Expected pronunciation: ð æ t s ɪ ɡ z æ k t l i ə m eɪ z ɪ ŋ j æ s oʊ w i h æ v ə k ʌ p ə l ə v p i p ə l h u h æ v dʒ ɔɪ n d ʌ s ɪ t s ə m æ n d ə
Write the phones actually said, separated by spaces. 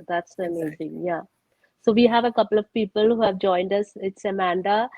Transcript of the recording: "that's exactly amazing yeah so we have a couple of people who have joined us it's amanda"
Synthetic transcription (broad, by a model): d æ t s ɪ ə m eɪ z ɪ ŋ j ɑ s oʊ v i h æ v ə k ʌ p ə l ə v p i p ə l h u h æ v dʒ ɔɪ n d ʌ s ɪ t s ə m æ n d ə